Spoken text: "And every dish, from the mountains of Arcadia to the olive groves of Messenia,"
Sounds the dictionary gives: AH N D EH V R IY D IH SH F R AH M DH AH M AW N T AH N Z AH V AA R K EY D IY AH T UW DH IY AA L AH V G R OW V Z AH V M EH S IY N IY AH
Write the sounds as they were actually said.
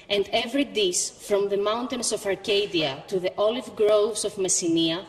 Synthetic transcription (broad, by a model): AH N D EH V R IY D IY S F R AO M DH AH M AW N T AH N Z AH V AA R K EY D IY AH T UW DH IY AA L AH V G R OW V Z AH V M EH S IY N IY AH